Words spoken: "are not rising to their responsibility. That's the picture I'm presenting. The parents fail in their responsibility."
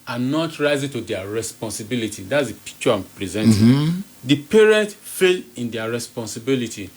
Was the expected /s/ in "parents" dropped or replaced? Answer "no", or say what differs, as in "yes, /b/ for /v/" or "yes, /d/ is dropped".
yes, /s/ is dropped